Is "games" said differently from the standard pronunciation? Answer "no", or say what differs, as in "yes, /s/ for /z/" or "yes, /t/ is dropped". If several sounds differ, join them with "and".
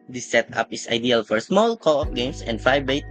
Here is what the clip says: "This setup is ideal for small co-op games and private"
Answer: yes, /s/ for /z/